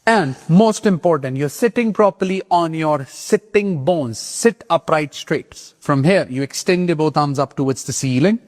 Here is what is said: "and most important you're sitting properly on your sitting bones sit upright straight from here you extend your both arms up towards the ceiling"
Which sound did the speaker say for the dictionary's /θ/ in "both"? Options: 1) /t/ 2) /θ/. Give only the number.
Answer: 1